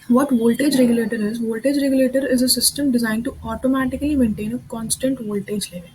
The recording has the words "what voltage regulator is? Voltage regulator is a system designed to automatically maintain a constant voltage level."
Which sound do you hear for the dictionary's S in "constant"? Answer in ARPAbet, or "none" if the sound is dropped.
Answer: S